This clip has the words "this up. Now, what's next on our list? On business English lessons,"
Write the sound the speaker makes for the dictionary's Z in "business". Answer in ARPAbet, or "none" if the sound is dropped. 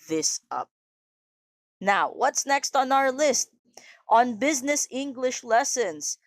Z